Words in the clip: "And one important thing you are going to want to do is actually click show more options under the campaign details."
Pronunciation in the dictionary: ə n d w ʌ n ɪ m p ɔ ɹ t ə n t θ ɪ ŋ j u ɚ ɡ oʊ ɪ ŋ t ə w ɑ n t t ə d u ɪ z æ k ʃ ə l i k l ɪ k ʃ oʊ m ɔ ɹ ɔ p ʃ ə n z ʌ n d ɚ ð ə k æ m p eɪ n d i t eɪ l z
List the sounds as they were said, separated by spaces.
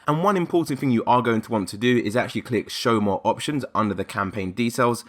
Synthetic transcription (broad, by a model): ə n w ʌ n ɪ m p ɔ t n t θ ɪ ŋ j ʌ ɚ ɡ oʊ ɪ ŋ t ə w ɑ n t t ə d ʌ ɪ z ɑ k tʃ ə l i k l ɪ k ʃ oʊ m ɔ ɹ ɔ p ʃ ə n z ʌ n d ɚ ð ə k æ m p eɪ n d i t eɪ l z